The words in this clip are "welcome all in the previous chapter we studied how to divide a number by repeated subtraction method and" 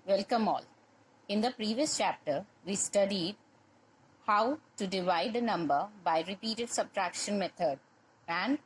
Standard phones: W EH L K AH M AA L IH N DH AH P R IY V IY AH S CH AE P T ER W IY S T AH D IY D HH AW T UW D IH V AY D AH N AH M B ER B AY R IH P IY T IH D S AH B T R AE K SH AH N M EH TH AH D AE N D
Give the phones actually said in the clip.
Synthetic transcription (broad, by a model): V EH L K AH M AA L IH N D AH P R IY V IY AH S CH AE P T ER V IY S T AH D IY D HH AW T UW D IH V AY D AH N AH M B ER B AY R IH P IY T IH D S AH B T R AE K SH AH N M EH T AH D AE N D